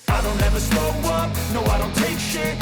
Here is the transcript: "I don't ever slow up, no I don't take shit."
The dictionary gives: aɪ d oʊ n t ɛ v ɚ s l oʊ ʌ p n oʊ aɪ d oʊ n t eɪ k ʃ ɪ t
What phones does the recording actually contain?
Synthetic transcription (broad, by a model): aɪ d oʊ n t ɛ v ɚ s oʊ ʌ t n oʊ aɪ d oʊ n t eɪ k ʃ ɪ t